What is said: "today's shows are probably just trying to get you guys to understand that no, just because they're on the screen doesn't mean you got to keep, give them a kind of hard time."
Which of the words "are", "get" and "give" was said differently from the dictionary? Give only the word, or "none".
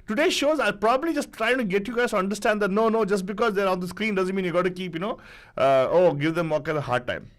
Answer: are